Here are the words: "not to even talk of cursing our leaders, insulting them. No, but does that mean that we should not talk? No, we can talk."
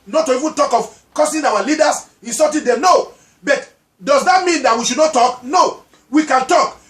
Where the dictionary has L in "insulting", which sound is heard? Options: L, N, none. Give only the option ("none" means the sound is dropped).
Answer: none